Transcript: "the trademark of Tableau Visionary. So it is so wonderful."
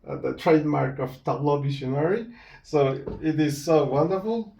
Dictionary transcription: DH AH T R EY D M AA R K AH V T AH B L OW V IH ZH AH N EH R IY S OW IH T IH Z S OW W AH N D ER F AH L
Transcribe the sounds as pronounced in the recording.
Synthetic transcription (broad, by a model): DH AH T R EY D M AA R K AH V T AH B L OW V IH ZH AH N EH R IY S OW IH T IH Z S OW W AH N D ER F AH L